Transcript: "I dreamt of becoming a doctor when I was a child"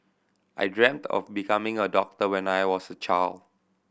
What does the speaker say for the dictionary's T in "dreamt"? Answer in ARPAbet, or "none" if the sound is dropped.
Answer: T